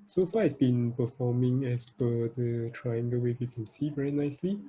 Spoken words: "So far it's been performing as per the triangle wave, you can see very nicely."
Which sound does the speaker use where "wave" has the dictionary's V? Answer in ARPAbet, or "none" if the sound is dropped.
F